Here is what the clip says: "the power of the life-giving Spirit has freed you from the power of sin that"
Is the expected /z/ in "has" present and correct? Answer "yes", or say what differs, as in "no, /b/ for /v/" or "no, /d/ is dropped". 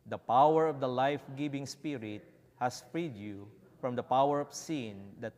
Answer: no, /s/ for /z/